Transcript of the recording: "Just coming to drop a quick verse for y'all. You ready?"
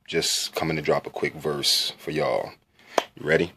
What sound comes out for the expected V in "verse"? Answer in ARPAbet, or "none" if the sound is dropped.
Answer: V